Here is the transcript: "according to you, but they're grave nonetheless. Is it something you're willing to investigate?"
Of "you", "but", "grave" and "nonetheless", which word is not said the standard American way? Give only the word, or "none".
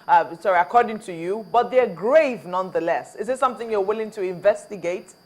none